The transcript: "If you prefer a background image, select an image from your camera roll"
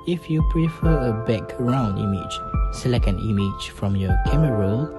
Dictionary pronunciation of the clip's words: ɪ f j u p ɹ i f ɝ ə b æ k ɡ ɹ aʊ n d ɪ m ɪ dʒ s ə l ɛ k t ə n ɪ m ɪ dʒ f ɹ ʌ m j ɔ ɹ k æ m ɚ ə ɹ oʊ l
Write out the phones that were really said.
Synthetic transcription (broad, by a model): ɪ f j u p ɹ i f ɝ ə b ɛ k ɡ ɹ aʊ n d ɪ m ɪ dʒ s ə l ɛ k ə n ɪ m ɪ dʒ f ɹ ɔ m j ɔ k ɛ m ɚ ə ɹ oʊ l